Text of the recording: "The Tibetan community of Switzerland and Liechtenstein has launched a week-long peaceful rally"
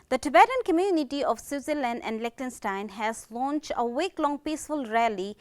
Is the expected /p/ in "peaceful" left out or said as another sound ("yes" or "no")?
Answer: no